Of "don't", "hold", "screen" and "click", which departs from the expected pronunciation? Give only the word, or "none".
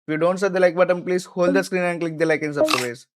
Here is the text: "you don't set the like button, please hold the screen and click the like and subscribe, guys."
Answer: none